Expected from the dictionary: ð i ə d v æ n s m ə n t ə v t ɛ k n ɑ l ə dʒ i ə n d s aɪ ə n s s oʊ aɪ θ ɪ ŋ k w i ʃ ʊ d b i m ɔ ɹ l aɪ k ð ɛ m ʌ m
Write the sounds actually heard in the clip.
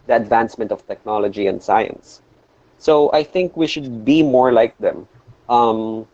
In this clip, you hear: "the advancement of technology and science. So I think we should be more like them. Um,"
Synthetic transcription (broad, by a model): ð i ə d v æ n s m ə n t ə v t ɛ k n ɑ l ə dʒ i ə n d s aɪ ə n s s oʊ aɪ θ ɪ ŋ k w i ʃ ʊ d b i m ɔ ɹ l aɪ k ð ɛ m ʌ m